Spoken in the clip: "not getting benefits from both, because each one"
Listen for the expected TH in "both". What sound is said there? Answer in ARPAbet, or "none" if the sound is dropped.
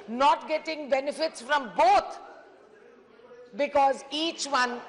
T